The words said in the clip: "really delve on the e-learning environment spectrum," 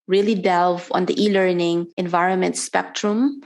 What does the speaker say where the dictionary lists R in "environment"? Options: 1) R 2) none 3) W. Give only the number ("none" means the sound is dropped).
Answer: 1